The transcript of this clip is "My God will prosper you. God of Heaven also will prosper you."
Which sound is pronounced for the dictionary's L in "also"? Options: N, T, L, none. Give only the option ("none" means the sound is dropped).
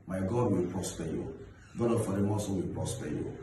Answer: none